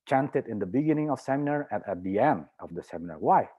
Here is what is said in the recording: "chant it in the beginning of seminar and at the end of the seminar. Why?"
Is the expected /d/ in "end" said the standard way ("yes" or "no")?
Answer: yes